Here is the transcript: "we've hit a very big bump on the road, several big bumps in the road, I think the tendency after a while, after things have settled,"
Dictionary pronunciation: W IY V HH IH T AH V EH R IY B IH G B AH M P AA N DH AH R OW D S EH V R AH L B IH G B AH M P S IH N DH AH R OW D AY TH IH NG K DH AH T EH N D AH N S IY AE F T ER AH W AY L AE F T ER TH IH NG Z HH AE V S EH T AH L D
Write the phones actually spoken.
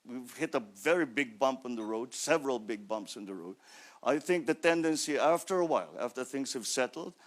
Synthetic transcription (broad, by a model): W IY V HH IH T AH V EH R IY B IH G B AH M P N DH AH R OW D S EH V R AH L B IH G B AH M P S IH N DH AH R OW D AY TH IH NG K DH AH T EH N D AH N S IY AE F T ER AH W AY L AE F T ER TH IH NG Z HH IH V S EH T L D